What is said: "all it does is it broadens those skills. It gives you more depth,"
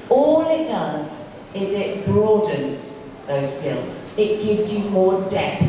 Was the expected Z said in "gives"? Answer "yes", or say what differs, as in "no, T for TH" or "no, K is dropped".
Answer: yes